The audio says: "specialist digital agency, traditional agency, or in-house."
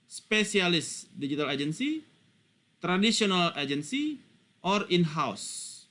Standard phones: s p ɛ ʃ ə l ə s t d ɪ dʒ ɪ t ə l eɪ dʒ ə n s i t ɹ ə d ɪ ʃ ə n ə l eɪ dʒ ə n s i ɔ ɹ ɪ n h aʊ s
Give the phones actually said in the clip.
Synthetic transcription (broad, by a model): s p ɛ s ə l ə s d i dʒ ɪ t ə l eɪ dʒ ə n s i t ɹ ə d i s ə n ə l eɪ dʒ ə n s i ɔ ɹ ɪ n h aʊ s